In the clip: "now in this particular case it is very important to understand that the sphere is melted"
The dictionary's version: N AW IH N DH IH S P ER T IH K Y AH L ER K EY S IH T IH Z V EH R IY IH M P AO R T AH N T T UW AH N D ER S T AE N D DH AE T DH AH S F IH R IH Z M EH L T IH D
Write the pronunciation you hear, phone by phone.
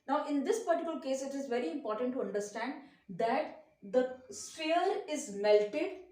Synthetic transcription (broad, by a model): N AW IH N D IH S P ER T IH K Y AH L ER K EY S IH T IH Z V EH R IY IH M P AO R T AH N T T UW AH N D ER S T AE N D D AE T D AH S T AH L IH Z M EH L T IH D